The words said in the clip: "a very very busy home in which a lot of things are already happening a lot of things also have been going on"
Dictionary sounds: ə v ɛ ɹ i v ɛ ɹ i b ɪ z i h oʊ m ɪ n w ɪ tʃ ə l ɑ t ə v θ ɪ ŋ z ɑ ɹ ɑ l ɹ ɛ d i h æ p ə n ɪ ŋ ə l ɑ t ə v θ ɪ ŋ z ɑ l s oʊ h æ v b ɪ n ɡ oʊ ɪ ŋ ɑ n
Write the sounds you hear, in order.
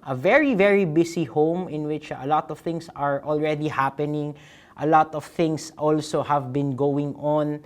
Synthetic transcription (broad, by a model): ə v ɛ ɹ i v ɛ ɹ i b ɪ s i h oʊ m ɪ n w ɪ tʃ ə l ɑ t ə v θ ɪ ŋ s ɑ ɹ ɑ l ɹ ɛ d i h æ p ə n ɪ ŋ ə l ɑ t ə v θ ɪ ŋ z ɑ l s oʊ h æ v b ɪ n ɡ oʊ ɪ ŋ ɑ n